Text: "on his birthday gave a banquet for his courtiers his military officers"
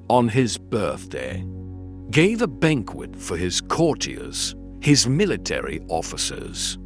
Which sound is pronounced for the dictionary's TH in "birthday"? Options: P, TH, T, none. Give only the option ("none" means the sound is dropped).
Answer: TH